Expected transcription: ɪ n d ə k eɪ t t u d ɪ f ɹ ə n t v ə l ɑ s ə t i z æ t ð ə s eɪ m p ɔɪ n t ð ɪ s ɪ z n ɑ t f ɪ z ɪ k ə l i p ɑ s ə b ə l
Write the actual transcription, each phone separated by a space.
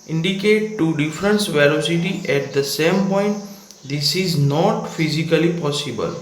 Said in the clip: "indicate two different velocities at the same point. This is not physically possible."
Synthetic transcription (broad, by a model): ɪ n d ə k eɪ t t u d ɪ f ɹ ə n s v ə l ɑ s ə t i ɛ t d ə s eɪ m p ɔɪ n t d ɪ s ɪ z n ɑ t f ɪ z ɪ k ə l i p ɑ s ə b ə l